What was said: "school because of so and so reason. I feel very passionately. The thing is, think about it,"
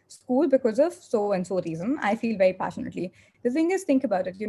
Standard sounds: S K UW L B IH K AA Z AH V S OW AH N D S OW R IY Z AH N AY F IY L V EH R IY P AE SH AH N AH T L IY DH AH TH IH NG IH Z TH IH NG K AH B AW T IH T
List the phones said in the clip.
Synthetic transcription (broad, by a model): S K UW L B IH K AA Z AH V S OW AH N D S OW R IY Z AH N AY F IY L V EH R IY P AE SH AH N AH T L IY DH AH F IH NG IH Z T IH NG K AH B AW T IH T